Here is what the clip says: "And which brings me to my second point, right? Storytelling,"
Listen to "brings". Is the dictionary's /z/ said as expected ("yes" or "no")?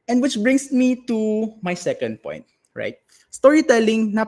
no